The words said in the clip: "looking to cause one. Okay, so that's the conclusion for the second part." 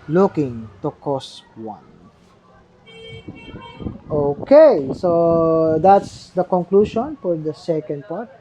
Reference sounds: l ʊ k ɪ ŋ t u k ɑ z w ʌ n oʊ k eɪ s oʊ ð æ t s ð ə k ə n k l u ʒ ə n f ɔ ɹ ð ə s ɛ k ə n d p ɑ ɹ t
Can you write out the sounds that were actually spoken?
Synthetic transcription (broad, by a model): l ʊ k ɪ ŋ t u k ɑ s w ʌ n oʊ k eɪ s oʊ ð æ t s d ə k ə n k l u ʃ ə n f ɔ ɹ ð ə s ɛ k ə n d p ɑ ɹ t